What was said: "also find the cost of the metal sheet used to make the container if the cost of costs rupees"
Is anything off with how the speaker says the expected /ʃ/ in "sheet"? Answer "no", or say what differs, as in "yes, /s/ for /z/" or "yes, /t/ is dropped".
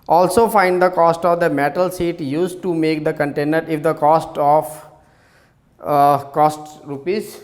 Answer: yes, /s/ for /ʃ/